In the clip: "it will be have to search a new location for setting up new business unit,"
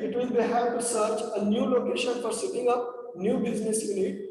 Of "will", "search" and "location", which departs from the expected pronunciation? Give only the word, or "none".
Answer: will